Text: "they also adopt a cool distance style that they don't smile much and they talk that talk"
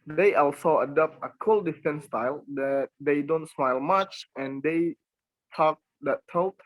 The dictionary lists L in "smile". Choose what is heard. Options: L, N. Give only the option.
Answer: L